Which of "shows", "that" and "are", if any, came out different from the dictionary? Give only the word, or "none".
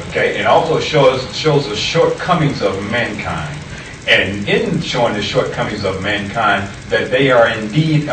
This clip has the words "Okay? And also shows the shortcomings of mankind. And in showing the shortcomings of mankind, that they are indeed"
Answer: none